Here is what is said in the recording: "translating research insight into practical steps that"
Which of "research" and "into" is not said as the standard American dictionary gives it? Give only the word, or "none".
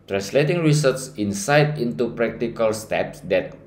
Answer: research